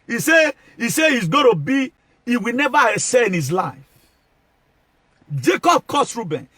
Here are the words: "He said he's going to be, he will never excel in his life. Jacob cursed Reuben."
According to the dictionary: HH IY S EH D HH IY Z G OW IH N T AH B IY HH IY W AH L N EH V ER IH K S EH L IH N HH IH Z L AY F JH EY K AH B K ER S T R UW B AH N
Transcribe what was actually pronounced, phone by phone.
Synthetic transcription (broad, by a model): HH IY S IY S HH IY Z G OW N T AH B IY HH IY W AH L N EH V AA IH S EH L IH N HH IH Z L AY F JH EY K AH B K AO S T R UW B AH N